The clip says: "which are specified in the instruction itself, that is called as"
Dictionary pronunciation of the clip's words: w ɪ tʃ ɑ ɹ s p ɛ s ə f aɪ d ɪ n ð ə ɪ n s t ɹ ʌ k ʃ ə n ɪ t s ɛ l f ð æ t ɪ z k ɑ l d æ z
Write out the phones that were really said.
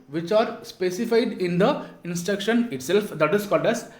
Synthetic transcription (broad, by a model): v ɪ tʃ ɑ ɹ s p ɛ s ə f aɪ d ɪ n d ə ɪ n s t ɹ ʌ k ʃ ə n ɪ t s ɛ l f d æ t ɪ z k ɑ l d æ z